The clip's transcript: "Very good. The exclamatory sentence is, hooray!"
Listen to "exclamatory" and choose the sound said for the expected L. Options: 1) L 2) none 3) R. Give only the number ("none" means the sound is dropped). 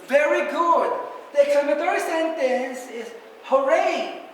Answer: 2